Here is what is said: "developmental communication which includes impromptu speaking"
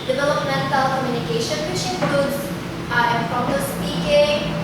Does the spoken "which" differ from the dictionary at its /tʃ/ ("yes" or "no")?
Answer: yes